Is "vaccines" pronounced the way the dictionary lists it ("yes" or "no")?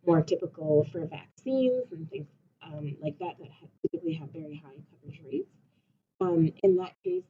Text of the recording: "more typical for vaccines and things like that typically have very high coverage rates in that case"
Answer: yes